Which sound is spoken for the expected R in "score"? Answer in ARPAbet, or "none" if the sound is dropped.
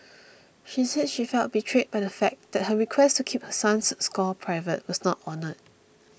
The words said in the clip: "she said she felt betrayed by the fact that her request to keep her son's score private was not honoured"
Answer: L